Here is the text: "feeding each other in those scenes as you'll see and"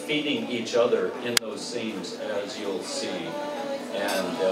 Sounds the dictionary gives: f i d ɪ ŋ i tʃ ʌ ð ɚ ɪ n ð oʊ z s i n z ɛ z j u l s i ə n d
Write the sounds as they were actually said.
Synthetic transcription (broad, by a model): f i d ɪ ŋ i tʃ ʌ ð ɚ ɪ n ð oʊ z s i n z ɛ z j u l s i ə n